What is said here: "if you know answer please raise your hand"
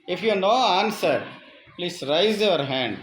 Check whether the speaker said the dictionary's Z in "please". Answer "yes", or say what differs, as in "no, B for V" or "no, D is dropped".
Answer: no, S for Z